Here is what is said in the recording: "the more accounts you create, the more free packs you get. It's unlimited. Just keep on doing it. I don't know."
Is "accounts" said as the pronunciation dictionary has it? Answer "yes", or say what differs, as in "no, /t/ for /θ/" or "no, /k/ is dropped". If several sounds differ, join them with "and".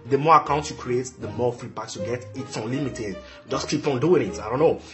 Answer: no, /s/ is dropped